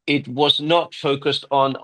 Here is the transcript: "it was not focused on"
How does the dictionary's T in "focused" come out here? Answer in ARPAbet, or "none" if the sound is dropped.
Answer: T